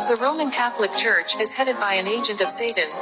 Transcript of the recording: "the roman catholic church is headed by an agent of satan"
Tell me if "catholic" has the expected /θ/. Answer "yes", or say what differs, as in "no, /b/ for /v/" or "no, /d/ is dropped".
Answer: yes